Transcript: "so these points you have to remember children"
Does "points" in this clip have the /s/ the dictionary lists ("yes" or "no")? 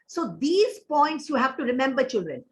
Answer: yes